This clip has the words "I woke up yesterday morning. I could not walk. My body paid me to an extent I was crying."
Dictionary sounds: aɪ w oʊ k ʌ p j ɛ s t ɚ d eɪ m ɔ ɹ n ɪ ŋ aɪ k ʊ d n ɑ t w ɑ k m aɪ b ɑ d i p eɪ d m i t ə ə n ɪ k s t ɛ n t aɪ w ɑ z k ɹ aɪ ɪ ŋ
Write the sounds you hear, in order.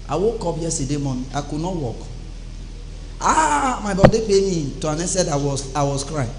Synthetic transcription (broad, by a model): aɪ w oʊ k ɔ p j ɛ s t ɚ d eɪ m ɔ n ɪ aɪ k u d n ɑ t w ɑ k m aɪ b ɑ d i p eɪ m i t ə ə n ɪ s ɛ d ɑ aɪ w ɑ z k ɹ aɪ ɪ